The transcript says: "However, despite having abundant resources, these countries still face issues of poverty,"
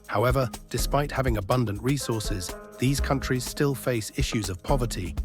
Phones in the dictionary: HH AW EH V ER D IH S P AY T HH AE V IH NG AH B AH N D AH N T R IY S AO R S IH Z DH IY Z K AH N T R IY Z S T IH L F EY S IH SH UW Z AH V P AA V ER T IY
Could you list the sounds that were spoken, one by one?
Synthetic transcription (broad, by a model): HH AW EH V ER D IH S P AY T HH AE V IH NG AH B AH N D AH N T R IY S AO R S IH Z DH IY Z K AH N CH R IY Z S T IH L F EY S IH SH UW Z AH V P AA V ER T IY